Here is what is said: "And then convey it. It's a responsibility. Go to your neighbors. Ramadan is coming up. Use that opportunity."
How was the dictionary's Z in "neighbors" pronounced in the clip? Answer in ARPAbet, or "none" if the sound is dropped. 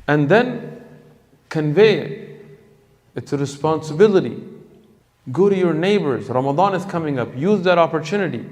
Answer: Z